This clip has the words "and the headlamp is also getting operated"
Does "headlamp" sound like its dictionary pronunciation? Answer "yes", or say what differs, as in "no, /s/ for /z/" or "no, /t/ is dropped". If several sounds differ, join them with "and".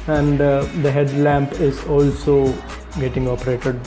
yes